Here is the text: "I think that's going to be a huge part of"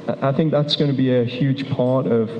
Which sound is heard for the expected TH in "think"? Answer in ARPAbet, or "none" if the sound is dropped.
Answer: TH